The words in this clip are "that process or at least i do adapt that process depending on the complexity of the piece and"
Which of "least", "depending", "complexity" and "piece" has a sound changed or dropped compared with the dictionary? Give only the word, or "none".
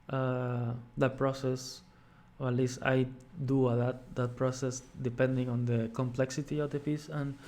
piece